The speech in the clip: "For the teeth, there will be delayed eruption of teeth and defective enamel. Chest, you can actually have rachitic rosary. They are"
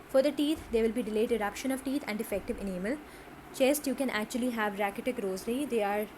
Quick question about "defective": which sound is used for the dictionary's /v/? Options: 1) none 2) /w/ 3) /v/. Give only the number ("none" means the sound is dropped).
3